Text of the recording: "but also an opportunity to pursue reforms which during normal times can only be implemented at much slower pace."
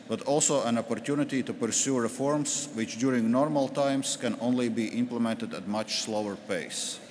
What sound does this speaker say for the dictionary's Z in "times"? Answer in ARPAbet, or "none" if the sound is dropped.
S